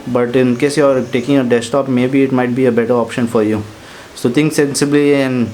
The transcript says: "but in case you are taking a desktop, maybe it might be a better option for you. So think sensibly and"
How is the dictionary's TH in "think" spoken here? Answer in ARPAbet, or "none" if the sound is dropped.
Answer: T